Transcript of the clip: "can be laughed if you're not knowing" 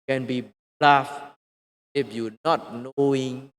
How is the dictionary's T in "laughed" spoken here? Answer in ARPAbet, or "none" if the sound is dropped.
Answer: none